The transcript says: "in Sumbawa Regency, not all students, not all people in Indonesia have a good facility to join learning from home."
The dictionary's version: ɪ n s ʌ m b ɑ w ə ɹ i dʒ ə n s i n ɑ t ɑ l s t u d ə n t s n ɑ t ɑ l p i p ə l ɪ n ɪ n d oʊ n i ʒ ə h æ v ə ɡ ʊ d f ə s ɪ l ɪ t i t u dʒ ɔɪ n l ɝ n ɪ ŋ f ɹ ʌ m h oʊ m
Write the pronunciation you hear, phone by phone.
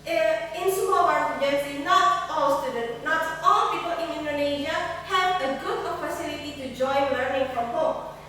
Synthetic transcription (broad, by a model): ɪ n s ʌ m ɑ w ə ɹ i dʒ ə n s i n ɑ t ɑ l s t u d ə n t n ɑ t ɑ l p i p ə l ɪ n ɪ n d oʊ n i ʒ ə h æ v ə ɡ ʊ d p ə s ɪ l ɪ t i t u dʒ ɔɪ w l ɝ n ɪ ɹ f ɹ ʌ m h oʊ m